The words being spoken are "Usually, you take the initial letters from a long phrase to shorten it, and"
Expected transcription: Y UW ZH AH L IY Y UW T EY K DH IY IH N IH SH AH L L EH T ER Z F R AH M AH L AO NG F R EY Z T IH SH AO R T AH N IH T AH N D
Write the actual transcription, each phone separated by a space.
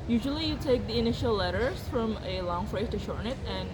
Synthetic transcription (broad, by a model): Y UW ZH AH L IY Y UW T EY K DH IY IH N IH SH AH L L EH T ER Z F R AH M AH L AO NG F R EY T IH SH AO R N IH T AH N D